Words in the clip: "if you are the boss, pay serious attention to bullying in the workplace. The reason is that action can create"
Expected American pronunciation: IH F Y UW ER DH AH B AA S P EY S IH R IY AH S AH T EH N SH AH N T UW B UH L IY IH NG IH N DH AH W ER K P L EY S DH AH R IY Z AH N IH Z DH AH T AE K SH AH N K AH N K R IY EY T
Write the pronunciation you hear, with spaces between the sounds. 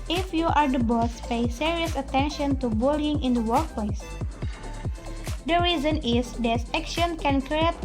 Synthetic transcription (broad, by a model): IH F Y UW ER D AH B AA S P EY S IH R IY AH S AH T EH N SH AH N T UW B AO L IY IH NG IH N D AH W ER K P L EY S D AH R IY Z AH N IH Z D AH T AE K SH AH N K AH N K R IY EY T